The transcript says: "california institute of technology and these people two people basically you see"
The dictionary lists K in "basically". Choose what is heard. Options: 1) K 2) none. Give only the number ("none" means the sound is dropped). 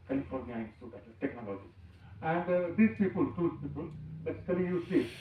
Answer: 2